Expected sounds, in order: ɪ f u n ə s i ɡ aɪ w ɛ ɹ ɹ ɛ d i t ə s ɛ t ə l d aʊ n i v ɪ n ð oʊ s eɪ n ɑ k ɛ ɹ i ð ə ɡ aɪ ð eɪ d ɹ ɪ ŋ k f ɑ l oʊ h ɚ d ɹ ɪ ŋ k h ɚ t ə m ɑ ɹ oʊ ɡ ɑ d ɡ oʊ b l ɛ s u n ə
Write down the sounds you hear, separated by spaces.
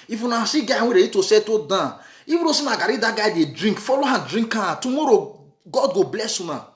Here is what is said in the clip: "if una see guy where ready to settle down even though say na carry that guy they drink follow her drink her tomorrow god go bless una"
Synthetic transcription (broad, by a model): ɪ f u n ə s i ɡ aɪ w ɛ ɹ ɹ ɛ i t ə s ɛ t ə d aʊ i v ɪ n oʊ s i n ɑ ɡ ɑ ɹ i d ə ɡ aɪ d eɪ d ɹ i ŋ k f ɑ l oʊ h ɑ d ɹ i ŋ k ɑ t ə m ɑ ɹ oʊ ɡ ɑ d ɡ oʊ b l ɛ s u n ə